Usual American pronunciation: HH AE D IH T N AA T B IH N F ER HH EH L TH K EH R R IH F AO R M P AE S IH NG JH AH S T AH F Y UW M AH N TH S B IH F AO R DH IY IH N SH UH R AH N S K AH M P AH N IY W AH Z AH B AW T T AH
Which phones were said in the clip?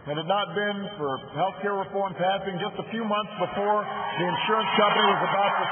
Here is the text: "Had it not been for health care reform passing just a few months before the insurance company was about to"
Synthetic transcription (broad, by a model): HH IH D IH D N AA T B IH N F ER HH EH L TH K EH R R IH F AO R M P AE S IH NG JH AH S T AH F Y UW M AH N TH S B IH F AO R DH IY IH N SH UH R AH N S K AH M P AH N IY W AH Z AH B AW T T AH